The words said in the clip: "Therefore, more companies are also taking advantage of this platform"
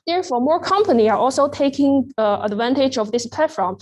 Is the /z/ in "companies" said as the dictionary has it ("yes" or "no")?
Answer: no